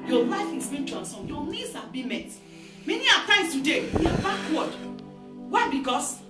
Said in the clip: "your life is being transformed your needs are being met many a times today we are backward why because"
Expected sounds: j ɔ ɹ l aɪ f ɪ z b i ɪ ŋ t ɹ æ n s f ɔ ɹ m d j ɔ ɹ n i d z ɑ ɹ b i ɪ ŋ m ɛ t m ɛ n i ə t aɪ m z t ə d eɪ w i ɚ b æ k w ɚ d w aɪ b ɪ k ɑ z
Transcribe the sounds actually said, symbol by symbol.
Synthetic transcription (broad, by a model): j ɔ l aɪ f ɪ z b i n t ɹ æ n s ɔ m j ɔ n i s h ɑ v b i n m ɛ t m ɛ n i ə t aɪ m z t ə d eɪ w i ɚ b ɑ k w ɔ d w aɪ b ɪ k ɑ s